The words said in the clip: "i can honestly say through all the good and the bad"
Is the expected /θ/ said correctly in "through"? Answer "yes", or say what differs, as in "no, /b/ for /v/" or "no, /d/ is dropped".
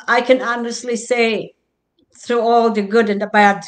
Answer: yes